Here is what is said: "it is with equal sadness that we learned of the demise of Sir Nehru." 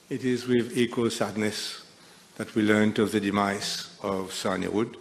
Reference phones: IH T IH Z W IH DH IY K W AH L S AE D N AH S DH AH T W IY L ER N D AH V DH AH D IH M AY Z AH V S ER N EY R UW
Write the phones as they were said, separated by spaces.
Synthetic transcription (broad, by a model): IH T IH Z W IH DH IY K W AH L S AE D N AH S DH AH T W IY L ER N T AH V DH AH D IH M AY S AH V S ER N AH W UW